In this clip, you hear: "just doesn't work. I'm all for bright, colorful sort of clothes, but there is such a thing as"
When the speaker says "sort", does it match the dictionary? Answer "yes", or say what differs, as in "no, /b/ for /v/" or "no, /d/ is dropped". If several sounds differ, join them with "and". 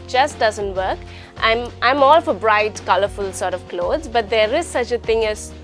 yes